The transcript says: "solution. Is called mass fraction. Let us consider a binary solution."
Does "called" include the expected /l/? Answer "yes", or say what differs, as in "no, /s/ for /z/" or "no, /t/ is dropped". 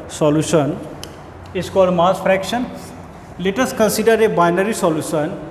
no, /l/ is dropped